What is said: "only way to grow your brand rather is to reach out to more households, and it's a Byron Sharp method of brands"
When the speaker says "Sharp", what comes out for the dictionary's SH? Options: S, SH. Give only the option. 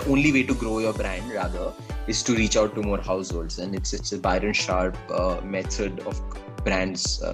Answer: SH